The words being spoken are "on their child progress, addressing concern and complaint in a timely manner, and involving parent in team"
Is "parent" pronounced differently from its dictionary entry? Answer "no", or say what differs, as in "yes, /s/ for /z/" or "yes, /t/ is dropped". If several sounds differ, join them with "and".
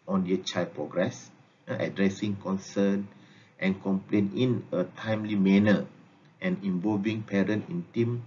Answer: no